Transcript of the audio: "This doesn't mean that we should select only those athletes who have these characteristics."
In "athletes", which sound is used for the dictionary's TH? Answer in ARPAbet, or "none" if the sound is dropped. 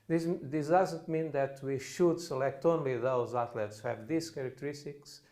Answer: T